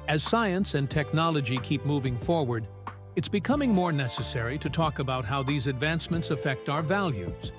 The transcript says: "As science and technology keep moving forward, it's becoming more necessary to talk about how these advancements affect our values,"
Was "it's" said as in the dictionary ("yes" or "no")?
yes